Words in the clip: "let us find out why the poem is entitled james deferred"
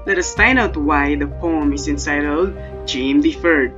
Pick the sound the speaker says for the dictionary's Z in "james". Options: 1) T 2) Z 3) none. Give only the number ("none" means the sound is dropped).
3